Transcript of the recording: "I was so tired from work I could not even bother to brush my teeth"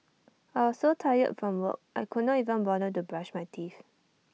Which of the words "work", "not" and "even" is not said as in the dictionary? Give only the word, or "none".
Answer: work